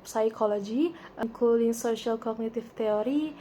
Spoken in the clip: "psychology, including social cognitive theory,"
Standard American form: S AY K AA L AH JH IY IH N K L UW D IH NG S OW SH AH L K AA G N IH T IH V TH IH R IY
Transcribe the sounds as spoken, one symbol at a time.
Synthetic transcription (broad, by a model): S AY K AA L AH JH IY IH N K UW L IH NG S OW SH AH L K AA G N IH T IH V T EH R IY